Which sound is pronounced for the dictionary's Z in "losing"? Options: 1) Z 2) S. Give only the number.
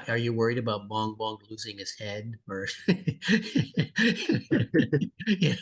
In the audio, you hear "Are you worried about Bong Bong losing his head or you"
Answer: 1